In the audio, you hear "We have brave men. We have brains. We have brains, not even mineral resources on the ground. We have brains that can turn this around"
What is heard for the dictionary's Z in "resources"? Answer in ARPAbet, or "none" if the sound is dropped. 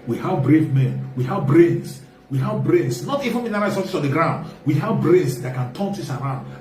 S